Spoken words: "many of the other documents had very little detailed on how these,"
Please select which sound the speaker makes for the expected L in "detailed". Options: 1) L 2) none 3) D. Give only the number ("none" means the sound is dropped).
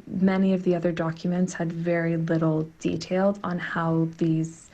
1